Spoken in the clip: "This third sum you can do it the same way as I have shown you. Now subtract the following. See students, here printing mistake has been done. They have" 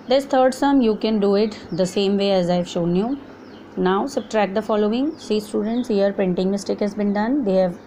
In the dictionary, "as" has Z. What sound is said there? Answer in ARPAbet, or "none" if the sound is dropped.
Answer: Z